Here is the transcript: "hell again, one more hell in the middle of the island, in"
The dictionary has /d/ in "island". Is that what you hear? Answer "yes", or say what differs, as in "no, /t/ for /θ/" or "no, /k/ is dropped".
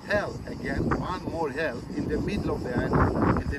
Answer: no, /d/ is dropped